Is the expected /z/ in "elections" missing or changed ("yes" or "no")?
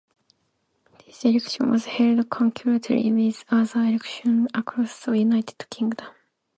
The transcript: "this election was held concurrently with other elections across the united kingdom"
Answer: yes